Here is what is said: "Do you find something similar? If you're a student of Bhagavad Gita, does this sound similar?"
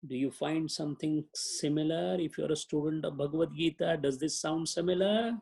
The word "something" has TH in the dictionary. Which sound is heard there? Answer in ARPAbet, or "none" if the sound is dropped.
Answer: T